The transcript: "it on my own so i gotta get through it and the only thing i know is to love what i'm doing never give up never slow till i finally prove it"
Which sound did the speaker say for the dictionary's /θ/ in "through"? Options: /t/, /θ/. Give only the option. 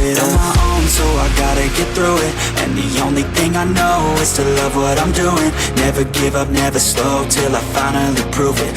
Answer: /θ/